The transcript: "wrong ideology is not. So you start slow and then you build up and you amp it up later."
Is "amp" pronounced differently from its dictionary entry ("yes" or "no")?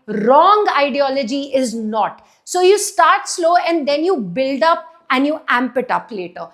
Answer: no